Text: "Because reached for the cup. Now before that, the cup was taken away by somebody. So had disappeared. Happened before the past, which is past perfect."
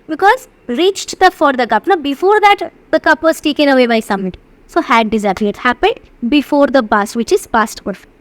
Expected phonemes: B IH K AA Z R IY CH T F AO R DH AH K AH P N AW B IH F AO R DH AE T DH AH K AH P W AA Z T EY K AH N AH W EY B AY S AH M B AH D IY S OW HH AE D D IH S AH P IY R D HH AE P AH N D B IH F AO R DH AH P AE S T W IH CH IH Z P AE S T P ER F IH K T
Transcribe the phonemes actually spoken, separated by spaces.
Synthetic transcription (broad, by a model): B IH K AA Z R IY CH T F AO R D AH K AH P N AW B IH F AO R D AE T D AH K AH P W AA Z T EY K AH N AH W EY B AY S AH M AH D S OW HH AE D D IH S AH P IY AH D HH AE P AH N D B IH F AO R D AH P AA S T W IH CH IH Z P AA S T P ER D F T